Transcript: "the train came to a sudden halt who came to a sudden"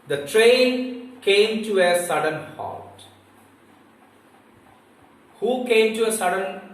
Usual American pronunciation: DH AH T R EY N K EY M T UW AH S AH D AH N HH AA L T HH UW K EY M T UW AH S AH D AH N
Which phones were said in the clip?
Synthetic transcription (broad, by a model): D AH T R EY N K EY M T UW AH S AH D AH N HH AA T HH UW K EY M T UW AH S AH D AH N